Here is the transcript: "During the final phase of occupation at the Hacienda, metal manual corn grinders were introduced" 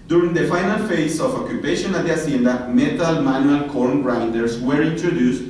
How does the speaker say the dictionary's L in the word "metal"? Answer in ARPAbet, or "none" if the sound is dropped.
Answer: L